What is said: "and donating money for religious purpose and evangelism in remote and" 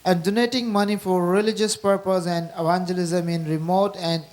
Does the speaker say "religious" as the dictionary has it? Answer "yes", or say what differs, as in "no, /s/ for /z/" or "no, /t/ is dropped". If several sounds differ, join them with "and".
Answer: yes